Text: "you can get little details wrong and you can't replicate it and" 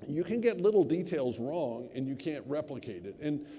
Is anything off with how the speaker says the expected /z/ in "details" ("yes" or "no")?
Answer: no